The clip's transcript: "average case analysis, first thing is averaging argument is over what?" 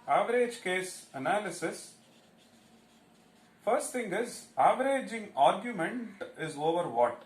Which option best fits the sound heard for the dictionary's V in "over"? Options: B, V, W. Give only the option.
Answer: V